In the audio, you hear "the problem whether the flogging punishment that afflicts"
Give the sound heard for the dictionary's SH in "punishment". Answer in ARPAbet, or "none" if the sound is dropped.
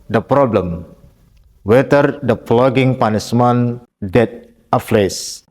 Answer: S